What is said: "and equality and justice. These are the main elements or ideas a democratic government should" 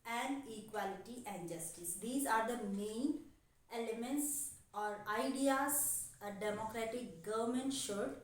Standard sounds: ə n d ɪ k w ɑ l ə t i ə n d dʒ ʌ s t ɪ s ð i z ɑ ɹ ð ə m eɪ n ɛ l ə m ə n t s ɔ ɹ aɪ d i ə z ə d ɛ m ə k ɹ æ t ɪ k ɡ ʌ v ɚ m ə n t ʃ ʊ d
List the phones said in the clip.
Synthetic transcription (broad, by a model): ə n d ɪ k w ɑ l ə t i ə n d dʒ ʌ s t ɪ s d i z ɑ ɹ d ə m eɪ n ɛ l ə m ə n t s ɔ ɹ aɪ d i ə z ə d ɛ m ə k ɹ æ t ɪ k ɡ ʌ v ɚ m ə n t ʃ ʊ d